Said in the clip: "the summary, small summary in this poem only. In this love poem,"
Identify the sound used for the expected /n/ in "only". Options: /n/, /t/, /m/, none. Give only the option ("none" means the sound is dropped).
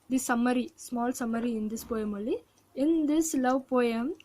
none